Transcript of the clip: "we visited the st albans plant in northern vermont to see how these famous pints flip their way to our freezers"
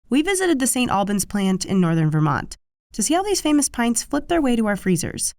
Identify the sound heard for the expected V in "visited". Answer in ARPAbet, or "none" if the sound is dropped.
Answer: V